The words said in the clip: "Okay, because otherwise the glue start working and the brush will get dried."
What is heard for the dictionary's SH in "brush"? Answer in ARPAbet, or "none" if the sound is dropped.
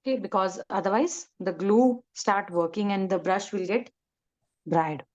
SH